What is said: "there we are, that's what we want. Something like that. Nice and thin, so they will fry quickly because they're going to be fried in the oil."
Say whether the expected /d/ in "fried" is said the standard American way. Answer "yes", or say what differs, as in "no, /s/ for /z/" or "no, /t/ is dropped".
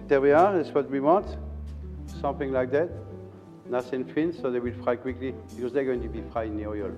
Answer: no, /d/ is dropped